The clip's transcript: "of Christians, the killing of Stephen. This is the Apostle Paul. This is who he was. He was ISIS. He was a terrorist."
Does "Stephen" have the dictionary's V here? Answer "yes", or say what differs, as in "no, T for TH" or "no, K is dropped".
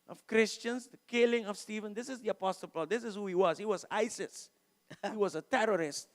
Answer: yes